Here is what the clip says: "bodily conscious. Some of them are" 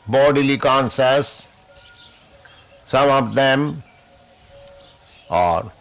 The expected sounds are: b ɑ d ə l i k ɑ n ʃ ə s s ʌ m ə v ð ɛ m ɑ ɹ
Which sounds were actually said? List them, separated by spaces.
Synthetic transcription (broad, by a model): b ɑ d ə l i k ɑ n s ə s s ʌ m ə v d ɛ m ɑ ɹ